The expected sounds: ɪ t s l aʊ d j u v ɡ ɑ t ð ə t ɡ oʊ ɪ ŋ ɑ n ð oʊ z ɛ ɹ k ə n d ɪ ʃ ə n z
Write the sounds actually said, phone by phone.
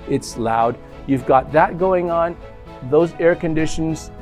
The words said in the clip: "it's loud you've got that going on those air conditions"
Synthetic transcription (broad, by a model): ɪ t s l aʊ d j u v ɡ ɑ t ð ə t ɡ oʊ ɪ ŋ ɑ n ð oʊ z ɛ ɹ k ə n d ɪ ʃ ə n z